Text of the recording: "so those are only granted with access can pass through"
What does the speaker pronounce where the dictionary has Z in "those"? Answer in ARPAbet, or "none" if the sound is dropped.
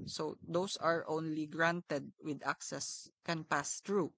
S